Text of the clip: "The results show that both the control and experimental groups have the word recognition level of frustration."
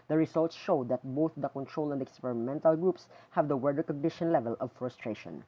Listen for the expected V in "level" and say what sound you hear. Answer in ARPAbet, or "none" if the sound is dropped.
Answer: V